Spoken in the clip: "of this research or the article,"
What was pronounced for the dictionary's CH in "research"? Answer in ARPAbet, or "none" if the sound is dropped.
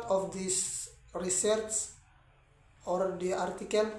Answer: S